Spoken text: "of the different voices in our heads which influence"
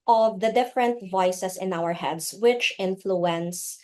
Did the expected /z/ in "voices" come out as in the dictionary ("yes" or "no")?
no